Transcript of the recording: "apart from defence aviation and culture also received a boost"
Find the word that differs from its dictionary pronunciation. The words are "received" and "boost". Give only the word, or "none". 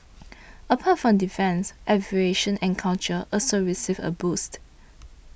received